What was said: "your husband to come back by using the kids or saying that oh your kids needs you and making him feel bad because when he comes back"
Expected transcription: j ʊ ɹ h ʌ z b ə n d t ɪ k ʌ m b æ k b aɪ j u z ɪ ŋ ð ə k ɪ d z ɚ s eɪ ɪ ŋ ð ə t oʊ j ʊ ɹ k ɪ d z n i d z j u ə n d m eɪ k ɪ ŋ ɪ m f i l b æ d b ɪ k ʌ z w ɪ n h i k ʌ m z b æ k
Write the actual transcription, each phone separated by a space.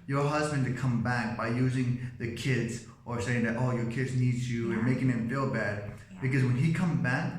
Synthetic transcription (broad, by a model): j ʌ ɹ h ʌ z b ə n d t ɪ k ʌ m b æ k b aɪ j u z ɪ ŋ ð ə k ɪ d z ɚ s eɪ ɪ ŋ ð ə t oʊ j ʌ ɹ k ɪ d z n i d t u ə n m eɪ k ɪ ŋ ɪ m f i l b æ d b ɪ k ʌ z w ɪ n i k ʌ m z b æ k